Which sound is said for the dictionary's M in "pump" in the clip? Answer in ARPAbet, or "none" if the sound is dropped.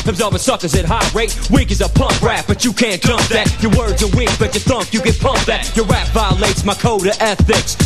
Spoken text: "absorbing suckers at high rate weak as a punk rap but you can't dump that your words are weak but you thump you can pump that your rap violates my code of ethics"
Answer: M